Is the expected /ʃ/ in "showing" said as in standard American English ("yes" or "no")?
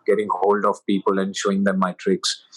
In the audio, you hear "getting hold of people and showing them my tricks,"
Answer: yes